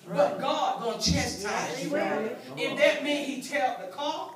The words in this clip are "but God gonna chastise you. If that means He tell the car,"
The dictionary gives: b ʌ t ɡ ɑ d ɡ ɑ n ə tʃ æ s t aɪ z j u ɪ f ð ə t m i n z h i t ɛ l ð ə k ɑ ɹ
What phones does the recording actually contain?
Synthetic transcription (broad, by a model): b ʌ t ɡ ɑ d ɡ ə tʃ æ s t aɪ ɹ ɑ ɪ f ð ə t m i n h i t ɛ l ð ə k ɑ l